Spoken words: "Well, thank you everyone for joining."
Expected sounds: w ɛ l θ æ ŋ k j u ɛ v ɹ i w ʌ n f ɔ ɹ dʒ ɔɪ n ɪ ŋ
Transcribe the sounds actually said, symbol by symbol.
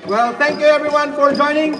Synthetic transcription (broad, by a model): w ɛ l t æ ŋ k j u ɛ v ɹ i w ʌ n f ɔ ɹ dʒ ɔɪ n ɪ ŋ